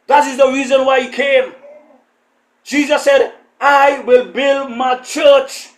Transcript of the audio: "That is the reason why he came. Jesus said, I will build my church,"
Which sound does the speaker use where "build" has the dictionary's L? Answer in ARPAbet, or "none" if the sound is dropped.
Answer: L